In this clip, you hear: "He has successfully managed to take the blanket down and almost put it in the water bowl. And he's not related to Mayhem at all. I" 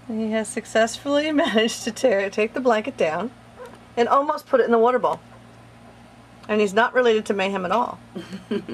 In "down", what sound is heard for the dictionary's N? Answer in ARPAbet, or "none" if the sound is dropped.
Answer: N